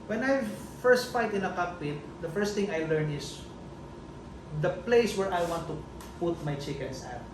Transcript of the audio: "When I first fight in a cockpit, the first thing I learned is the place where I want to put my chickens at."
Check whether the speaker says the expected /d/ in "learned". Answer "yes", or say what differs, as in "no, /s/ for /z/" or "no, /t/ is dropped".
no, /d/ is dropped